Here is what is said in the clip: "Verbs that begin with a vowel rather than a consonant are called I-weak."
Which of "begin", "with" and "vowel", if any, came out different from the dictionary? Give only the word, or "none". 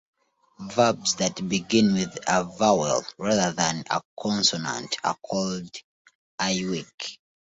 none